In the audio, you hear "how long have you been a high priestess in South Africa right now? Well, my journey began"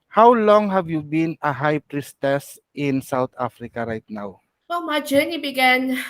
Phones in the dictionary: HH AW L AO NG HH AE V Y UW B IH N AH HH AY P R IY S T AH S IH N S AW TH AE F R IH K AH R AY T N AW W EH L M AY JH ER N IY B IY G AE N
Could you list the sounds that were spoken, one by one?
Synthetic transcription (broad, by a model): HH AW L AO NG HH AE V Y UW B IH N AH HH AY P R IY S T AH S IH N S AW T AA F R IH K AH R AY T N AW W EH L M AY JH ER N IY B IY G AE N